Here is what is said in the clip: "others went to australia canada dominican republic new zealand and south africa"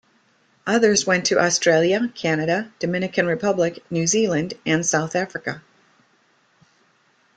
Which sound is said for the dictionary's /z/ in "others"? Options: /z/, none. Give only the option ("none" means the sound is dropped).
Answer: /z/